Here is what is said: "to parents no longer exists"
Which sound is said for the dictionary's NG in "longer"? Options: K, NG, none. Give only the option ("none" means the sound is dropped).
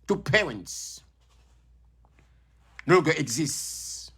none